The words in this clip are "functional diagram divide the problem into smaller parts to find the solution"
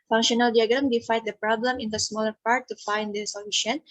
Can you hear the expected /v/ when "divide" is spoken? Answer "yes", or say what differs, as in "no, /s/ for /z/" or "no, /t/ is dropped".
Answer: no, /f/ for /v/